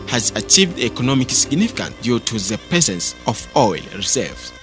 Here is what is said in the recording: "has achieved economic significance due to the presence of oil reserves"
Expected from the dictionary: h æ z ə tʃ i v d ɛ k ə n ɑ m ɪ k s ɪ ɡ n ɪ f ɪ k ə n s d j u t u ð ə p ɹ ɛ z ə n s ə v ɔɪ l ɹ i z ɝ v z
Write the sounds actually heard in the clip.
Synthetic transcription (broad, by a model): h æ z ə tʃ i v d ɛ k ə n ɑ m ɪ k s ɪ ɡ n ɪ f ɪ k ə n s d j u t u ð ə p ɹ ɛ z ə n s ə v ɔɪ l ɹ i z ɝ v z